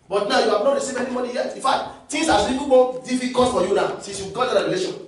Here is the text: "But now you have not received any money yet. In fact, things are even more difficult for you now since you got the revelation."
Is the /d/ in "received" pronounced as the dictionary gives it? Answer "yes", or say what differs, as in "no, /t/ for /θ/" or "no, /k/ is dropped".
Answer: no, /d/ is dropped